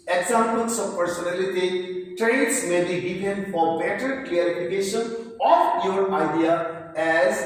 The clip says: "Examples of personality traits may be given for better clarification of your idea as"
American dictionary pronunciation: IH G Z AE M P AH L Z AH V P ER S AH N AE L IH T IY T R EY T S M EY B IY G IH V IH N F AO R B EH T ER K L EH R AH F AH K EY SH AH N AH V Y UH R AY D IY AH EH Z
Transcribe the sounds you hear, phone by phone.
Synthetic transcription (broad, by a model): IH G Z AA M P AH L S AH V P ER S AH N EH L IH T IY T R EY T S M EY B IY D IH P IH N F AO R B EH T ER K L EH R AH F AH K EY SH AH N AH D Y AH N AY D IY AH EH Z